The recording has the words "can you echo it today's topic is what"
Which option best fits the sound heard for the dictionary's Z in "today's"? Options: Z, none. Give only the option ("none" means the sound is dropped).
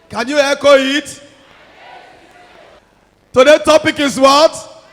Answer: none